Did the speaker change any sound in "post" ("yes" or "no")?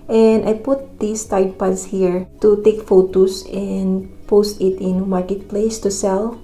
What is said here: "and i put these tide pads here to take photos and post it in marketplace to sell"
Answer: no